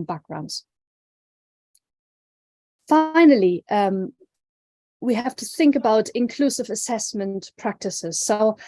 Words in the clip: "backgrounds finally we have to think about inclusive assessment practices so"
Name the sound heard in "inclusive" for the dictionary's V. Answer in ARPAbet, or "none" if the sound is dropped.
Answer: V